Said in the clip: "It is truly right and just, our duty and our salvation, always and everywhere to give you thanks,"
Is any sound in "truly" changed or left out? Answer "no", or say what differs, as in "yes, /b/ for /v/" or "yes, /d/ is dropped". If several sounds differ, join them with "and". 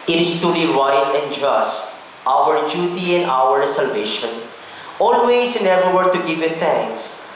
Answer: yes, /ɹ/ is dropped